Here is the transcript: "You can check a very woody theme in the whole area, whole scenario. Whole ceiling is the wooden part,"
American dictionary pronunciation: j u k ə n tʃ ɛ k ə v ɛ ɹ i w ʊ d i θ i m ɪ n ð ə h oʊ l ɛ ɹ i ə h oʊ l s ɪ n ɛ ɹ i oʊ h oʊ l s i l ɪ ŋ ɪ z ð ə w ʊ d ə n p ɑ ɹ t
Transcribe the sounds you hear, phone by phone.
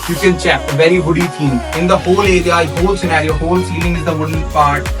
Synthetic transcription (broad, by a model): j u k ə l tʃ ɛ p ə v ɛ ɹ i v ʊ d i t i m ɪ n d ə h oʊ l ɛ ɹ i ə h oʊ l s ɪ n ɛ ɹ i oʊ h oʊ l s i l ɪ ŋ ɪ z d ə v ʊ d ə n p ɑ ɹ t